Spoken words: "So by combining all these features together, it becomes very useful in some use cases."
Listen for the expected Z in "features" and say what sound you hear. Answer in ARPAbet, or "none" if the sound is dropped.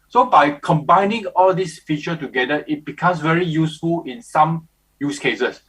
none